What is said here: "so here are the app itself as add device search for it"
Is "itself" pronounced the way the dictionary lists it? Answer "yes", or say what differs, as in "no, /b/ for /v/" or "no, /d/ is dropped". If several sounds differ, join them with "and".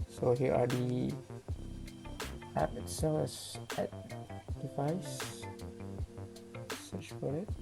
no, /f/ is dropped